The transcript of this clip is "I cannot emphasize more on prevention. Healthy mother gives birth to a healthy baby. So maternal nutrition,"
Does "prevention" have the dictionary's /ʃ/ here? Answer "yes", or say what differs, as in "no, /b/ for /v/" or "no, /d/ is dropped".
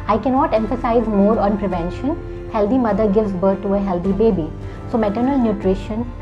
yes